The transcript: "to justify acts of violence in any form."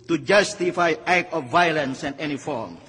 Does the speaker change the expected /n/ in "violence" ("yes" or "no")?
no